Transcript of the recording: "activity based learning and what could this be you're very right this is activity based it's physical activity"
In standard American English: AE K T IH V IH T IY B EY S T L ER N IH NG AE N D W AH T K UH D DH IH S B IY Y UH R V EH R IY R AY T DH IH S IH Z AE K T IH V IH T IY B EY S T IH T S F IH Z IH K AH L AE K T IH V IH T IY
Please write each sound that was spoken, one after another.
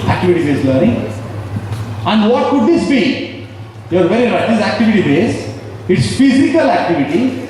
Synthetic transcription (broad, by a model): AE K T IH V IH T IY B EY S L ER IH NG AE N D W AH T K UH D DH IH S B IY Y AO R V EH R IY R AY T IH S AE K T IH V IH T IY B EY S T IH T S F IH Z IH K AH L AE K T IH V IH T IY